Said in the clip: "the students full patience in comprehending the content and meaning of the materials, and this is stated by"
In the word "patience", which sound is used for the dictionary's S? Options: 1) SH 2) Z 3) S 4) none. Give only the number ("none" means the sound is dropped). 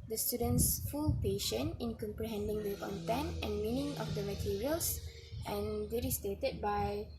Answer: 4